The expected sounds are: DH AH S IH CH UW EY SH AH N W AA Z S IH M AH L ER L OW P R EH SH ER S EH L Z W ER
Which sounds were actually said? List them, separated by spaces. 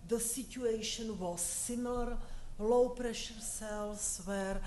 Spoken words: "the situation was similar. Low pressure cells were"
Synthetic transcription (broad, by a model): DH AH S IH CH UW EY SH AH N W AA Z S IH M L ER L OW P R EH SH ER S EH L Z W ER